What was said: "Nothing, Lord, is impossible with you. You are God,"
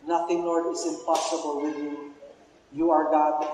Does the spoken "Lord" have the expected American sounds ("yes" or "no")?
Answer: no